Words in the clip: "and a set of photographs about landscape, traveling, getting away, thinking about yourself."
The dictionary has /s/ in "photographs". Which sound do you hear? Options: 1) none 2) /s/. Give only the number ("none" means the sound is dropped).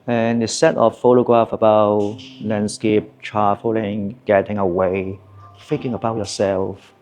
1